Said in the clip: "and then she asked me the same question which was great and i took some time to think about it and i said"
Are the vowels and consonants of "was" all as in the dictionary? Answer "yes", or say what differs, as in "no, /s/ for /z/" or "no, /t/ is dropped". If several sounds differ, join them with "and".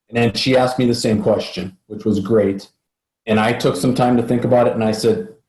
yes